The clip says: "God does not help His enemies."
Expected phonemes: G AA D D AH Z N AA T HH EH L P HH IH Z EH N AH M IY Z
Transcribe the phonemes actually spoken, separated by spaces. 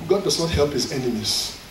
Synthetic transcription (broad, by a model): G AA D D AH Z N AA T HH EH L P HH IH Z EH N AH M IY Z